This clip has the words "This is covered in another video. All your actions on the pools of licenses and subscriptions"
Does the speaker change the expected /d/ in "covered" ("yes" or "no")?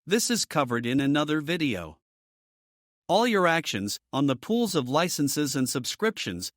no